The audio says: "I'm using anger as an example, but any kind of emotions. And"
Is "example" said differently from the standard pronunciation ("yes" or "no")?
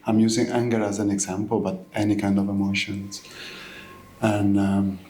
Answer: no